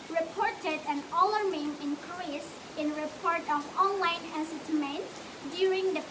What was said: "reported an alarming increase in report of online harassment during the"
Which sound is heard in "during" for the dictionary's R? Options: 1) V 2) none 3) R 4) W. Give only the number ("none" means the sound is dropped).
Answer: 3